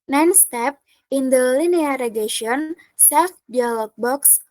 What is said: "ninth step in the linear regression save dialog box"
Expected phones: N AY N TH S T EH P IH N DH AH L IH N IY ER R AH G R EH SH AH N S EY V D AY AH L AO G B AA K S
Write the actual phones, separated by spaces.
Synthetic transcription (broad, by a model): N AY N S T EH P IH N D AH L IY N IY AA R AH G EH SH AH N S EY F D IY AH L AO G B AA K S